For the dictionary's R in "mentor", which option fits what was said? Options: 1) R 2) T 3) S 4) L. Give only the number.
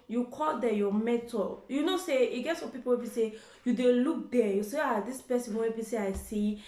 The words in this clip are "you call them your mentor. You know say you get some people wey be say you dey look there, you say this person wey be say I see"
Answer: 4